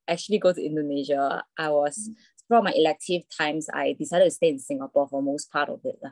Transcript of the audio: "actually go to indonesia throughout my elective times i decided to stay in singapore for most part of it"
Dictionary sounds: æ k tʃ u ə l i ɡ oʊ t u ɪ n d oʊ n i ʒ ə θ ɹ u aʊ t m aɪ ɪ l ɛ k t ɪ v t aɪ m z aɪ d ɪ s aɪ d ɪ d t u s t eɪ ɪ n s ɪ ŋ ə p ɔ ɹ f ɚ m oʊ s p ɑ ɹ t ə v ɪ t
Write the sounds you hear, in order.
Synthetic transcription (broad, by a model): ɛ k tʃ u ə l i ɡ oʊ t u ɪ n d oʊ n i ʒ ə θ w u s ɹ m aɪ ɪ l ɛ k t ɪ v t aɪ m s aɪ d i s aɪ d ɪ t u s t eɪ ɪ n s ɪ ŋ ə p ɔ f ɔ m oʊ s p ɑ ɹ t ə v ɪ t